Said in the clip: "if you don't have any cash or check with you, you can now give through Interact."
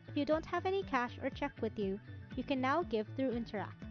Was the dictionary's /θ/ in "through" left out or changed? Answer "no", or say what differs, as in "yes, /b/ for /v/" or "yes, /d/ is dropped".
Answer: no